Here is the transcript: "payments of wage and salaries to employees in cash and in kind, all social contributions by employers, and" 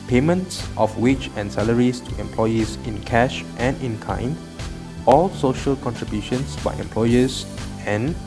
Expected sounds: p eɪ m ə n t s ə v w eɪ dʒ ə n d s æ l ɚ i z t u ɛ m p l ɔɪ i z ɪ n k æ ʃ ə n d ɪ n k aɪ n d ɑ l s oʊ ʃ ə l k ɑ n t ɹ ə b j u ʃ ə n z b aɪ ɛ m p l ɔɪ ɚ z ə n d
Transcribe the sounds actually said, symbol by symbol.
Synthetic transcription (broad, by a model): p eɪ m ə n t s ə f w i tʃ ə n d s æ l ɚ i s t u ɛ m p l ɔɪ i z ɪ n k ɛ ʃ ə n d ɪ n k aɪ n ɑ l s oʊ ʃ ə l k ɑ n t ɹ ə b j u ʃ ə n s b aɪ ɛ m p l ɔɪ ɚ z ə n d